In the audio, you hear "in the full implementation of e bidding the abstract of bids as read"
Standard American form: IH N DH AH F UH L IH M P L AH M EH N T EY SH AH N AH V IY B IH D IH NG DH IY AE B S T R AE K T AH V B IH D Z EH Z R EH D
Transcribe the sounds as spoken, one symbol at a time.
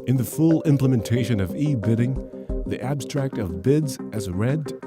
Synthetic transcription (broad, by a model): IH N DH AH F UH L IH M P L AH M EH N T EY SH AH N AH V IY B IH D IH NG DH IY AE B S T R AE K T AH V B IH D Z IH Z R EH D